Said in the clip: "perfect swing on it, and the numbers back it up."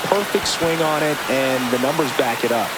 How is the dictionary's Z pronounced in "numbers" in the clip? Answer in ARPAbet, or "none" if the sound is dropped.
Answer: Z